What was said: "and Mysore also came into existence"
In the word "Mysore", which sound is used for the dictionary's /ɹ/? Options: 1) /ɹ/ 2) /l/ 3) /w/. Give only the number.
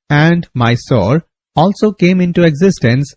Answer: 1